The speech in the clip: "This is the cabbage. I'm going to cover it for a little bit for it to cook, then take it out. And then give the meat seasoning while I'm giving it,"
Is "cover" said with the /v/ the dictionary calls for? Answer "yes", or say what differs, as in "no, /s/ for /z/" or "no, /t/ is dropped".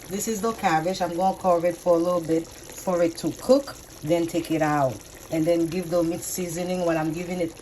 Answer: no, /v/ is dropped